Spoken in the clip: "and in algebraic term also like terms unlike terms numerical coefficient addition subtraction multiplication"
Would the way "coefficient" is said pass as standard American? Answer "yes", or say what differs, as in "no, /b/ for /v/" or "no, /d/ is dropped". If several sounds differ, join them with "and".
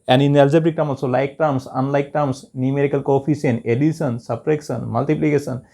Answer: no, /s/ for /ʃ/ and /t/ is dropped